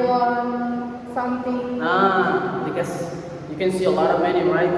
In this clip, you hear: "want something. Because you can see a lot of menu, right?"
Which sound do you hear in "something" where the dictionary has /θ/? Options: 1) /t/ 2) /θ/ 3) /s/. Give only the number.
1